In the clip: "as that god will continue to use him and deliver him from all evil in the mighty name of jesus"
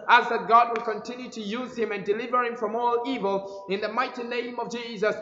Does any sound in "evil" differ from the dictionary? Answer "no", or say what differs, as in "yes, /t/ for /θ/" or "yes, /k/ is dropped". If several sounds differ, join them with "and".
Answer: no